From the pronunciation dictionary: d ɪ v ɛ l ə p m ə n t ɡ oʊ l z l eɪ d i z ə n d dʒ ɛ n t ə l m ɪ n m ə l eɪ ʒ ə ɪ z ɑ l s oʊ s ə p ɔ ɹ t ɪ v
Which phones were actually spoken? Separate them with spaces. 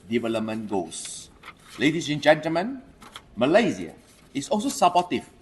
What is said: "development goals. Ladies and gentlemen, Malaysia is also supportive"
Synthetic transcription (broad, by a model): d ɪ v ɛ l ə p m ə n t ɡ oʊ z l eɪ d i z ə n dʒ ɛ n t ə l m ɪ n m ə l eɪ z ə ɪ s ɑ l s oʊ s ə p ɔ t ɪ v